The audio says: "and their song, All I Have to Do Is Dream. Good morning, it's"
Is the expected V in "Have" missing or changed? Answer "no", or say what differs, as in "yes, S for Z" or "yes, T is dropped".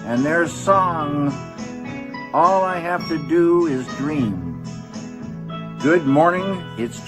yes, F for V